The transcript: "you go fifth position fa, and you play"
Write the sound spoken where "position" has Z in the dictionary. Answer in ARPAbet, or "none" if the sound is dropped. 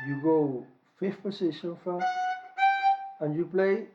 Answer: S